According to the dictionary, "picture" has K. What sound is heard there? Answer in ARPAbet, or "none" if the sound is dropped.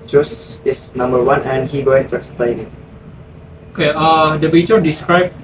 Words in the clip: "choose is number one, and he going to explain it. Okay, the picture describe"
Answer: none